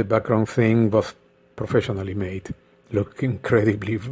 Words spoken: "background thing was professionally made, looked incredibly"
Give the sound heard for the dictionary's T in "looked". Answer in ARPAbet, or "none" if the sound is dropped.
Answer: none